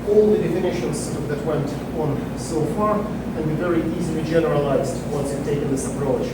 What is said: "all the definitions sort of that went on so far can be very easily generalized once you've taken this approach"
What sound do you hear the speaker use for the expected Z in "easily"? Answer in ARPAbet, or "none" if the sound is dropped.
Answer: Z